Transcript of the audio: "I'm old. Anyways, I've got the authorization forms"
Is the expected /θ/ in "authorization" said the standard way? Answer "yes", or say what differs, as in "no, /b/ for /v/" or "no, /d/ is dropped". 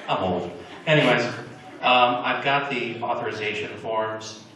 yes